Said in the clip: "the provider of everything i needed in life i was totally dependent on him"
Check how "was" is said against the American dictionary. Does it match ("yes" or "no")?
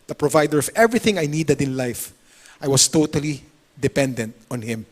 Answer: no